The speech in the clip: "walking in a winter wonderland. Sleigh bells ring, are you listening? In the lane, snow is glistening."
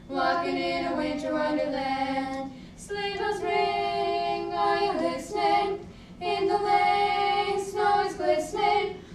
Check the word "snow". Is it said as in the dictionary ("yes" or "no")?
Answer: yes